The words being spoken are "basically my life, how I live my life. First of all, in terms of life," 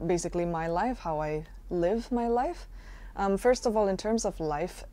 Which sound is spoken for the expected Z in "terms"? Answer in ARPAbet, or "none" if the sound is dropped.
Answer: Z